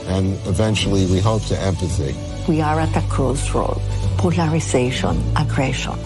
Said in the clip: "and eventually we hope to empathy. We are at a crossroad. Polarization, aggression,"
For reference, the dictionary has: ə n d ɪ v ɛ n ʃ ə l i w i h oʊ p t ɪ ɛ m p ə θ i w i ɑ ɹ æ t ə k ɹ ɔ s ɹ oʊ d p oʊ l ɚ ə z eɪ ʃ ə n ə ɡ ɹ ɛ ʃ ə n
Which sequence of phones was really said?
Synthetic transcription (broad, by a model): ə n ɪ v ɛ n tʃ l i w i h oʊ p t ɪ ɛ m f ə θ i w i ɑ ɹ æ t ə k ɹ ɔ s ɹ oʊ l p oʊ l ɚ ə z eɪ ʃ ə n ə ɡ ɹ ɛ ʃ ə n